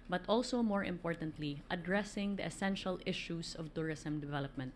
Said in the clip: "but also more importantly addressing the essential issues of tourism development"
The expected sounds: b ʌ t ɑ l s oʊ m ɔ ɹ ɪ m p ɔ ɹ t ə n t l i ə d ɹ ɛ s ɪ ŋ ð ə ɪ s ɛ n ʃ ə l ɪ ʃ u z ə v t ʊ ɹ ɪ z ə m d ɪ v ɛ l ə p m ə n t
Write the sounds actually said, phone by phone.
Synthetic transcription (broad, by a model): b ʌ t ɑ l s oʊ m ɔ ɹ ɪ m p ɔ ɹ t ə n t l i ə d ɹ ɛ s ɪ ŋ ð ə ɪ s ɛ n ʃ ə l ɪ ʃ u s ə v t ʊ ɹ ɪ s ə m d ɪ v ɛ l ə p m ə n t